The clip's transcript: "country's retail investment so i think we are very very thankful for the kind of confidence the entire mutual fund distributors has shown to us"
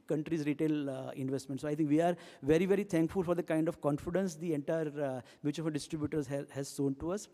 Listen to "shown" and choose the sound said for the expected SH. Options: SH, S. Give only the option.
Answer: S